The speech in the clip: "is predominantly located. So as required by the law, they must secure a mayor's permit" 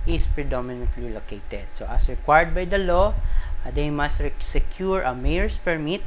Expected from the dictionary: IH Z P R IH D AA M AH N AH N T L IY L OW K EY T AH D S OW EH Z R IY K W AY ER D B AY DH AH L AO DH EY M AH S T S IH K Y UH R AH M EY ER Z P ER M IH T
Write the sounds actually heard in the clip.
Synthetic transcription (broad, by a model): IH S P R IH D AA M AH N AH N T L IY L OW K EY T AH D S OW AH S R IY K W AY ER D B AY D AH L AO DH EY M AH S T S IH K Y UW R AH M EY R S P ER M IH T